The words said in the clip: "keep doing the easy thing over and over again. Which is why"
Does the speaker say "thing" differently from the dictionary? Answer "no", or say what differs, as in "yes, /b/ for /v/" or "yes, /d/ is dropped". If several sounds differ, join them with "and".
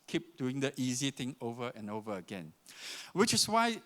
yes, /t/ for /θ/